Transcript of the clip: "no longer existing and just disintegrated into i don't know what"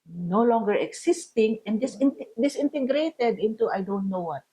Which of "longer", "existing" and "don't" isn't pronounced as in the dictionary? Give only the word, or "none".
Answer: existing